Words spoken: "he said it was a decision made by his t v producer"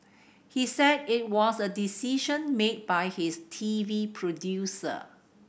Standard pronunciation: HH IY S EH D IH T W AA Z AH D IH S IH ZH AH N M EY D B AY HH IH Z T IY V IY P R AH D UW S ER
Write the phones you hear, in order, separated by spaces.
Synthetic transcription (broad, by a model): HH IY S EH D IH T W AA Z AH D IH S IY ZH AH N M EY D B AY HH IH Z T IY V IY P R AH D UW S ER